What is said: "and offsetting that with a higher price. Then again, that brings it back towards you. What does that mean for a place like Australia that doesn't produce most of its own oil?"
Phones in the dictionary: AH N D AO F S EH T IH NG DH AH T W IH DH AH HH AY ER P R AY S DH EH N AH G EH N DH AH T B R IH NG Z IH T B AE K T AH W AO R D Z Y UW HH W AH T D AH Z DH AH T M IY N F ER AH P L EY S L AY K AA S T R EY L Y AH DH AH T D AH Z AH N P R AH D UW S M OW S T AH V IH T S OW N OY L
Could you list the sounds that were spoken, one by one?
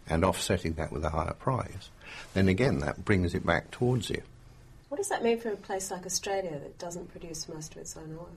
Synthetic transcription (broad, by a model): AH N AO F S EH T IH NG DH AH T W IH DH AH HH AY ER P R AY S DH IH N AH G EH N DH AH T B R IH NG Z IH T B AE K T AH W AO R D Z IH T W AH T D AH Z DH AH T M IY N F ER AH P L EY S L AY K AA S T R EY L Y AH DH AH T D AH Z AH N P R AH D UW S M OW S T AH V IH T S OW N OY